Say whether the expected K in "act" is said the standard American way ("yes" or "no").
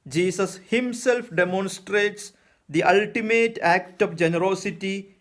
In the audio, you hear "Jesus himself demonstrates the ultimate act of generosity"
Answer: yes